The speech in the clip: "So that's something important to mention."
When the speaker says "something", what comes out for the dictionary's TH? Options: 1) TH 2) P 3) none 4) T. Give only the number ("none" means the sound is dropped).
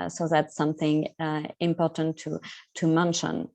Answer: 1